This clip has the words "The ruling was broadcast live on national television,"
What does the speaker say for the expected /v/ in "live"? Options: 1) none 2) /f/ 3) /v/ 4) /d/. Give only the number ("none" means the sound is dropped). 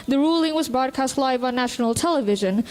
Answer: 3